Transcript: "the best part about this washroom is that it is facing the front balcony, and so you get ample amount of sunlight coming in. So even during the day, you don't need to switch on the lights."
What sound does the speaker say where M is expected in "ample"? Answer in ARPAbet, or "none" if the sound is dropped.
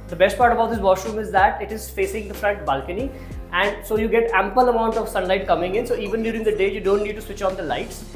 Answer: M